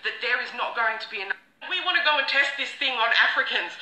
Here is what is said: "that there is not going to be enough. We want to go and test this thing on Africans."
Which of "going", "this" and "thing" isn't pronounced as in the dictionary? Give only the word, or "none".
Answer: none